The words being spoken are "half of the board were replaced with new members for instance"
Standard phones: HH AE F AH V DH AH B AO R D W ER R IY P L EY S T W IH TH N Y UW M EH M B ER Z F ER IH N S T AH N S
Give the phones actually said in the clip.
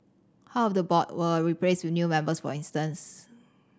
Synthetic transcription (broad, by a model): HH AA AH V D AH B AO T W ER R IY P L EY S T W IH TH N Y UW M EH M B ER S F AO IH N S T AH N S